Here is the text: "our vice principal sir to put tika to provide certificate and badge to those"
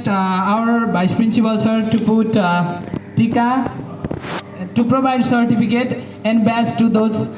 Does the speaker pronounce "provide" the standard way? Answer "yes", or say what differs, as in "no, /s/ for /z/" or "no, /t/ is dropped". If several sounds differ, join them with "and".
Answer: no, /b/ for /v/